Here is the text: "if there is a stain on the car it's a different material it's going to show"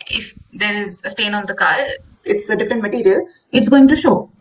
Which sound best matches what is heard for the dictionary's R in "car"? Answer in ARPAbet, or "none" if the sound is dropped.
R